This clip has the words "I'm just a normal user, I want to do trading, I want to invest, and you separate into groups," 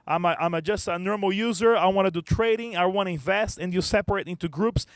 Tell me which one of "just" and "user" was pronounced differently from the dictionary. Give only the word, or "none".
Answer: none